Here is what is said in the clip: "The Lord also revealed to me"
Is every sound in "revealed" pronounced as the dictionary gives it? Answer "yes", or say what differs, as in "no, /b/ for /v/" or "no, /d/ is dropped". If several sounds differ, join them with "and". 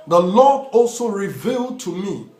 yes